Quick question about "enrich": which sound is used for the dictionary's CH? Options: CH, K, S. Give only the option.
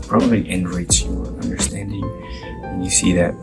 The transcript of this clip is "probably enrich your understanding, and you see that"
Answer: S